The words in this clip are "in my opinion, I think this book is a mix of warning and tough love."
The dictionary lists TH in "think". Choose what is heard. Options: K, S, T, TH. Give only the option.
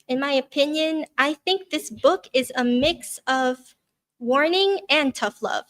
TH